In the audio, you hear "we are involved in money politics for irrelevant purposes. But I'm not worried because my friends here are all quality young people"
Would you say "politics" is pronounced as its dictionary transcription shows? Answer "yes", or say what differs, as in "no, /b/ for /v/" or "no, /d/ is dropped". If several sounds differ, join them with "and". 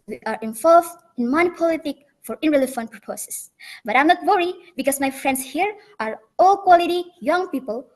no, /s/ is dropped